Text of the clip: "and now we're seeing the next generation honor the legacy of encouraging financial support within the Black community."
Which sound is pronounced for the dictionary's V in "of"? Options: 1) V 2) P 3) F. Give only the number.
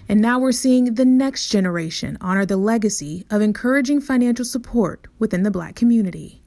1